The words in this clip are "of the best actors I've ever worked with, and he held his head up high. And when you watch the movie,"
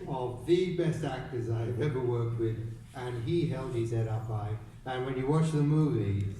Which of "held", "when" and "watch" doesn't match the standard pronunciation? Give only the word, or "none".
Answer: none